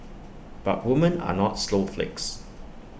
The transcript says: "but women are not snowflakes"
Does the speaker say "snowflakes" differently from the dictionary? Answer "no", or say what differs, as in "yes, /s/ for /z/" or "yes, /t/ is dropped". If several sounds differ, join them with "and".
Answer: yes, /l/ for /n/